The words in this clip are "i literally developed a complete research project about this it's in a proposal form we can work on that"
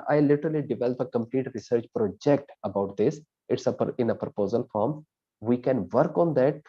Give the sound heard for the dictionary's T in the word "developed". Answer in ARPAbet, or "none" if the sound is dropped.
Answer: none